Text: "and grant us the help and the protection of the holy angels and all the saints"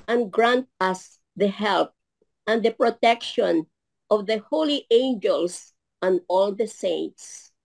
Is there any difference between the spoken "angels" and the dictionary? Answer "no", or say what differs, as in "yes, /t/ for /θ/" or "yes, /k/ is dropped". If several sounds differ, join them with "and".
yes, /s/ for /z/